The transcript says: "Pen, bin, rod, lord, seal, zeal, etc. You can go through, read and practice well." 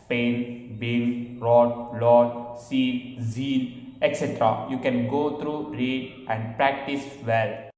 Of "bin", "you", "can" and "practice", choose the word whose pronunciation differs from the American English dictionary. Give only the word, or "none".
bin